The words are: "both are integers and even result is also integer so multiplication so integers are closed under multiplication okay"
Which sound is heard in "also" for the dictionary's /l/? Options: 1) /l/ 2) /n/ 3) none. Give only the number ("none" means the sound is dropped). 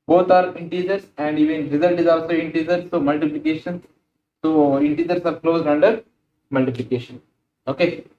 1